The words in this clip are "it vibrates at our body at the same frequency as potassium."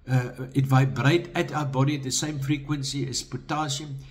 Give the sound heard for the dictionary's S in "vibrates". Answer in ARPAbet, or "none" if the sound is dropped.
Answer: none